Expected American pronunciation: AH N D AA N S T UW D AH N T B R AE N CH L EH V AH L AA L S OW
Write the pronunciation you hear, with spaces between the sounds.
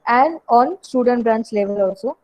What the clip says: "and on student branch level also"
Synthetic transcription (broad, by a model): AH N D AA N S T UW D AH N T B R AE N S L EH V AH L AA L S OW